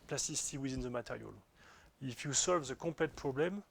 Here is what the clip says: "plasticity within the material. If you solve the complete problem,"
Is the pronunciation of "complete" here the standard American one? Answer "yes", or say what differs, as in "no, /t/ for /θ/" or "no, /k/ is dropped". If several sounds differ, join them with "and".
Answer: no, /m/ is dropped